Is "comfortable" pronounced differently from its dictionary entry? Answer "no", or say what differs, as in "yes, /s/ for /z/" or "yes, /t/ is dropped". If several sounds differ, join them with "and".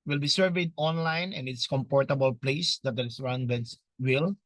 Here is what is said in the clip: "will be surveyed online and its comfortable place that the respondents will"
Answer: yes, /p/ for /f/